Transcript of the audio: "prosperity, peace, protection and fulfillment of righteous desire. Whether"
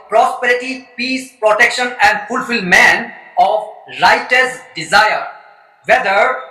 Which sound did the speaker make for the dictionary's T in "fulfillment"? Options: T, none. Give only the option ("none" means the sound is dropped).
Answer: none